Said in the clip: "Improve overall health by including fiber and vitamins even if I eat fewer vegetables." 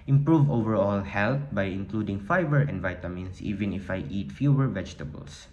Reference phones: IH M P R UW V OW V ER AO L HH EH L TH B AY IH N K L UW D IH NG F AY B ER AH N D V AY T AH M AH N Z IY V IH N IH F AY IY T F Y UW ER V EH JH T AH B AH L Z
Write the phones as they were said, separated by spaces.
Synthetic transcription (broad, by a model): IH M P R UW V OW V ER AO L HH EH L T B AY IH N K L UW D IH NG F AY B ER AH N D V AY T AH M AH N S IY V IH N IH F AY IY T F Y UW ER V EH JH T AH B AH L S